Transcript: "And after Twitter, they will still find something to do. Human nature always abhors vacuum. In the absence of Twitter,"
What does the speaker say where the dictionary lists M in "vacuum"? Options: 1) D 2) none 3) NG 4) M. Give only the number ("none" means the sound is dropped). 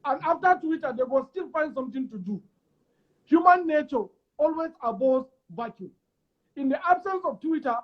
2